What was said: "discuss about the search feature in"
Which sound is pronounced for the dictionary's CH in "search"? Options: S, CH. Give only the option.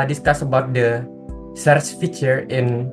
S